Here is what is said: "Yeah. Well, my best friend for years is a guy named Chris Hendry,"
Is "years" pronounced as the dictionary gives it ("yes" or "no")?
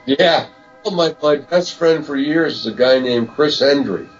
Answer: yes